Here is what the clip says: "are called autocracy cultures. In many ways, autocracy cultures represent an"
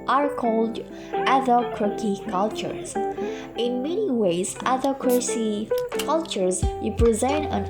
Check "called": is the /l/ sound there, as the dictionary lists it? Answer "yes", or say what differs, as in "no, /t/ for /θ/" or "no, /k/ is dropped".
yes